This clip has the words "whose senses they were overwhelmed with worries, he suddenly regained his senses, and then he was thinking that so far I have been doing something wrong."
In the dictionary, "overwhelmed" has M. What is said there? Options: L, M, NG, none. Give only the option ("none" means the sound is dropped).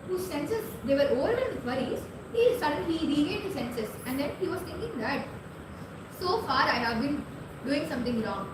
none